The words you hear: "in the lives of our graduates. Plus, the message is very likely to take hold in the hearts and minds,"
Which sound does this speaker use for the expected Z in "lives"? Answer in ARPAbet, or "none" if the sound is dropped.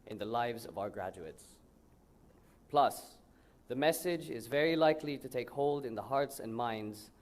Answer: Z